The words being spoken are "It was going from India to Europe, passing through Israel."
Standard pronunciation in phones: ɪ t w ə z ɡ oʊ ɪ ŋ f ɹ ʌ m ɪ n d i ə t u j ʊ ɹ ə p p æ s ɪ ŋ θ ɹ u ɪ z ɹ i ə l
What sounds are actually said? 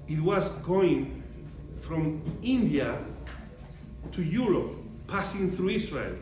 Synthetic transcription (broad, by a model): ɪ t w ə z ɡ oʊ ɪ ŋ f ɹ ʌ m ɪ n d i ə t u j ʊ ɹ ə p p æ s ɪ ŋ θ ɹ u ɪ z ɹ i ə l